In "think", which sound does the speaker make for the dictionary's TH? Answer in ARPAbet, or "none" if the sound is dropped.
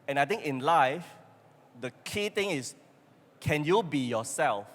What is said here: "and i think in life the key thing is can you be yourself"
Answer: T